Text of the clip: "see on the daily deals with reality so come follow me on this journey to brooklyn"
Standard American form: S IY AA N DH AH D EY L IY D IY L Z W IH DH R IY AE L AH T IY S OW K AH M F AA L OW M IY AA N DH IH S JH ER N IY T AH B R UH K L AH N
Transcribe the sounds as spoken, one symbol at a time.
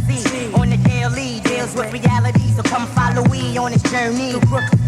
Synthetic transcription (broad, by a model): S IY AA N DH AH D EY L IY D IY L Z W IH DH R IY AE L AH T IY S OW K AH M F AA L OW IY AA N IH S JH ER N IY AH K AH